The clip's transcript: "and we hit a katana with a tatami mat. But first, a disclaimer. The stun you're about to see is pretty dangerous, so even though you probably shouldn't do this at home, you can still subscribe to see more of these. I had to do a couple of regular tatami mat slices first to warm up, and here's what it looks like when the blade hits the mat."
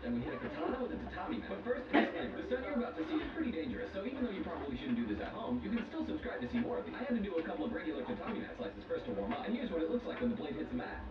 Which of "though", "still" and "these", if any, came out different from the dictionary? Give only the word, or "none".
these